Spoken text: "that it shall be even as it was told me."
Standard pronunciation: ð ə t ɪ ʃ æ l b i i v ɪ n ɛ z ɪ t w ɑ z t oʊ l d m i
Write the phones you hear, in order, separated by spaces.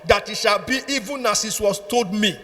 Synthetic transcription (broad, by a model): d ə t ɪ ʃ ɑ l b i i v ɪ n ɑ s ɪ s w ɑ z t oʊ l d m i